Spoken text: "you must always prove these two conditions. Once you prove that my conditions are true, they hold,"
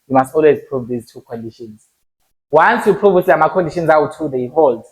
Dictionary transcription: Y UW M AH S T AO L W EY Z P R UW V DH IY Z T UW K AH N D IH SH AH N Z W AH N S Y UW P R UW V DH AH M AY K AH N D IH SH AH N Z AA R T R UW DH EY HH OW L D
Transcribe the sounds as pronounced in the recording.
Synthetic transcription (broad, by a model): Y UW M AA S T AO L W EY Z P R UW V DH IY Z T UW K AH N D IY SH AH N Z W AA N S Y UW P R UW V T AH M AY K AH N D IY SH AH N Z AA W T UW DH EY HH OW L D